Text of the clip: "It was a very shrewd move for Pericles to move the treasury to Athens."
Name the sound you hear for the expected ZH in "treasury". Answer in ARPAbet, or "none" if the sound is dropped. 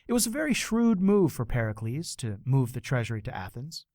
ZH